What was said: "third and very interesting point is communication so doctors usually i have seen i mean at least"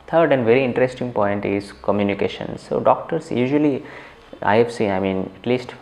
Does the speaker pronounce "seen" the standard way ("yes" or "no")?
no